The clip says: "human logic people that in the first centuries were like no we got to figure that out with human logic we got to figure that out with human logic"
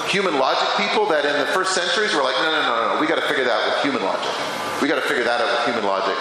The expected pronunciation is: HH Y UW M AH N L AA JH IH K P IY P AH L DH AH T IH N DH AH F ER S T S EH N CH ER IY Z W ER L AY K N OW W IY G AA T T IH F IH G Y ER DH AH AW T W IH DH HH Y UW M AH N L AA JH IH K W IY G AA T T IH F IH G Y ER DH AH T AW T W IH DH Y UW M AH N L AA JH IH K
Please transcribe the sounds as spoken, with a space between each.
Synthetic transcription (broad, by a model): HH Y UW M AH N L AA JH IH K P IY P L DH AH T IH N DH AH F ER S T S EH N CH ER IY Z W ER L AY K N OW W IY G AA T T IH F IH G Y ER DH AH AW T W IH DH HH Y UW M AH N L AA JH IH K W IY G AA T T IH F IH G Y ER DH AH T AW T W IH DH Y UW M AH N L AA JH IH K